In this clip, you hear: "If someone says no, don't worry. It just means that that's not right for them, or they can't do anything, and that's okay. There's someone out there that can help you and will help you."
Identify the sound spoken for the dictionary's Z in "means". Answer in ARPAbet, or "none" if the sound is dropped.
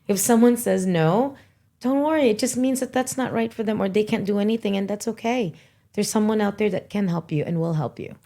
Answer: Z